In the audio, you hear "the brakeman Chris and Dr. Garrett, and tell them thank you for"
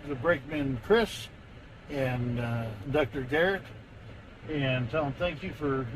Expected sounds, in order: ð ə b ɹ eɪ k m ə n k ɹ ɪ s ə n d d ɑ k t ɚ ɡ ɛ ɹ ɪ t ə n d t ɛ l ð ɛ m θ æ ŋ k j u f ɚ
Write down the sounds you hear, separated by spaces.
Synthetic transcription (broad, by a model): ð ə b ɹ eɪ k m ə n k ɹ ɪ s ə n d d ɑ k t ɚ ɡ ɛ ɹ ɪ t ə n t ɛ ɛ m θ æ ŋ k j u f ɚ